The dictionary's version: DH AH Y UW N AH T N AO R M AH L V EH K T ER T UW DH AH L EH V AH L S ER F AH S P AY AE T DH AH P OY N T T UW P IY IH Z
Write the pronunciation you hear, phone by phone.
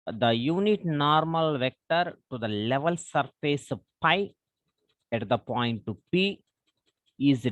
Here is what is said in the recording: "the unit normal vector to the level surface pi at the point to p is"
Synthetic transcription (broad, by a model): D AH Y UW N AH T N AO R M AH L V EH K T ER T UW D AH L EH V AH L S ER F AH S P AY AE T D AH P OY N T T UW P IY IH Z